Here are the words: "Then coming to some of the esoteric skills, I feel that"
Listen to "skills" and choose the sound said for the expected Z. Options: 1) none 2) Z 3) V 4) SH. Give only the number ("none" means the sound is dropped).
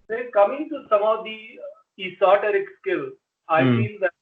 1